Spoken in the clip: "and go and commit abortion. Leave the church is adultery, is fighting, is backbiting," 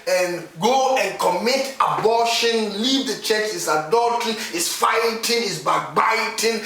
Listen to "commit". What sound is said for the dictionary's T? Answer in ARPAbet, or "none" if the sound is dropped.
T